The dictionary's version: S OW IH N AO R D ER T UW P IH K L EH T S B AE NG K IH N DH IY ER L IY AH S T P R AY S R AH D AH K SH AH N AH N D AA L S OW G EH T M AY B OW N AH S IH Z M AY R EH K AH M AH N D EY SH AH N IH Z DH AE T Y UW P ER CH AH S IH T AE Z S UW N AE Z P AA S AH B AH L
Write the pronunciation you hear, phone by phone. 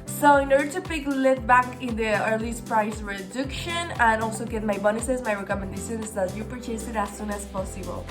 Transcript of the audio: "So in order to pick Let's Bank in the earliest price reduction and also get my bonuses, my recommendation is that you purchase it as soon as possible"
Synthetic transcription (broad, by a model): S OW IH N AO R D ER T UW P IH K L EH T B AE K IH N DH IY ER L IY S P R AY S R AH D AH K SH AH N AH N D AA L S OW G EH T M AY B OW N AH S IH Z M AY R EH K AH M AH N D EY SH AH N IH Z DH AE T Y UW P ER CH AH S IH T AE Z S UW N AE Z P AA S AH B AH L